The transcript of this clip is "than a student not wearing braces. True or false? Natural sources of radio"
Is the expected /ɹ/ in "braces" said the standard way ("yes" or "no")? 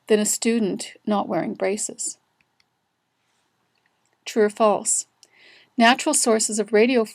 yes